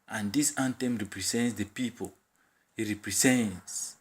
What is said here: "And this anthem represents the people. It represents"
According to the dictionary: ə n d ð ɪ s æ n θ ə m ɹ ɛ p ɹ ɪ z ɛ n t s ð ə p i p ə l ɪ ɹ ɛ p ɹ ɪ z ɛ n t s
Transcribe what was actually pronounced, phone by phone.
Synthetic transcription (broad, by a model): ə n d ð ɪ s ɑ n t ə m ɹ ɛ p ɹ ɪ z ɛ n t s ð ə p i p ə l ɪ ɹ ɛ p ɹ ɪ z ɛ n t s